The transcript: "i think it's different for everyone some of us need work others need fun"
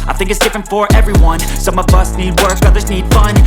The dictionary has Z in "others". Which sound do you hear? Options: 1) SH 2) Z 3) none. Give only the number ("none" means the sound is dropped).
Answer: 2